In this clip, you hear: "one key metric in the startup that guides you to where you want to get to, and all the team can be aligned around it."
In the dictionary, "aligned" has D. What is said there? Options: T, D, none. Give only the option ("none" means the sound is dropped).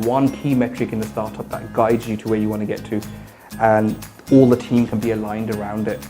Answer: D